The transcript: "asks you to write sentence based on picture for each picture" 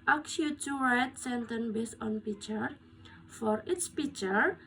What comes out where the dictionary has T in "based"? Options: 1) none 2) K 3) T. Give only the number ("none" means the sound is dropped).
1